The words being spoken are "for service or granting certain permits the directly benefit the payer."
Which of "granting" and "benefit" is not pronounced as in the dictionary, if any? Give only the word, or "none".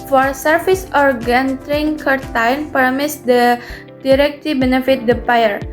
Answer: granting